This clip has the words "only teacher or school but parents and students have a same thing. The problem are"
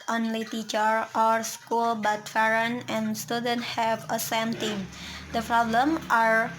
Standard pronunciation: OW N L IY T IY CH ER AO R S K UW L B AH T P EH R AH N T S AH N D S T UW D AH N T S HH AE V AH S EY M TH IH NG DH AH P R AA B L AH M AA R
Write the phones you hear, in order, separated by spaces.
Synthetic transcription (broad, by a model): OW N L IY T IY CH ER AO R S K UW L B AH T F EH R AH N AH N S T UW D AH N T HH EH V AH S EY M T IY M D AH P R AA B L AH M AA R